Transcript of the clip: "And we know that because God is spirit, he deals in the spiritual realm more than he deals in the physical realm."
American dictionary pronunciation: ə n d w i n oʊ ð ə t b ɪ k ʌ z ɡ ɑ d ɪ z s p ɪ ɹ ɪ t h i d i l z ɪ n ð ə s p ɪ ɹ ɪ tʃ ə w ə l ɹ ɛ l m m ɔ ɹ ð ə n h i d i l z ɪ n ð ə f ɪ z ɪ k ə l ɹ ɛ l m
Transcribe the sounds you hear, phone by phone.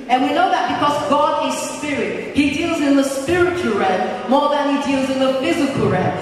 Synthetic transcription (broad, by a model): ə n w i n oʊ ð ə t b ɪ k ʌ z ɡ ɑ d ɪ z s p ɪ ɹ ɪ t h i d i l z ɪ n ð ə s p ɪ ɹ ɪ tʃ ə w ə l ɹ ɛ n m m ɔ ɹ ð ə n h i d i l z ɪ n ð ə f ɪ z ɪ k ə l ɹ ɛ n